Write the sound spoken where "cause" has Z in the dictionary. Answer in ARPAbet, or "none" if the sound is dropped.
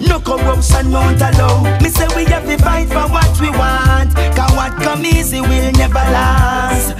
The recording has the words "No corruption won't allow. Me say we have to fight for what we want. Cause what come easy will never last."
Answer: none